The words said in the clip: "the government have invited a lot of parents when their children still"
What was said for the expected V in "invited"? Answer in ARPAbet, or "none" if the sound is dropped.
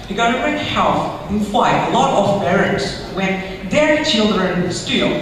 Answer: F